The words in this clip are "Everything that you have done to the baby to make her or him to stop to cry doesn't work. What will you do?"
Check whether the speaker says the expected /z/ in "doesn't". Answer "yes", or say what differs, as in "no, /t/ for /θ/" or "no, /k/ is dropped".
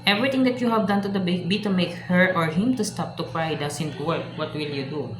no, /s/ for /z/